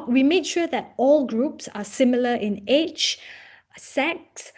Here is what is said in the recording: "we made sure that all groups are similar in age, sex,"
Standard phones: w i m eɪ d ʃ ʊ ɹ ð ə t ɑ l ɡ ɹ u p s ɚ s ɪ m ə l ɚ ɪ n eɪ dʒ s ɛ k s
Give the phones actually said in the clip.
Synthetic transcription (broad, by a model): w i m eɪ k ʃ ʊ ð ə t ɑ l ɡ ɹ u p s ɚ s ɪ m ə l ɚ ɪ n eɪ tʃ s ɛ k s